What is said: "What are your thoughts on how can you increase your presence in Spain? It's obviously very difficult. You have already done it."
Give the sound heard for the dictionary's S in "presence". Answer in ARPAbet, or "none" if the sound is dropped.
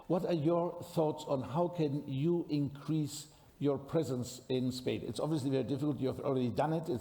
S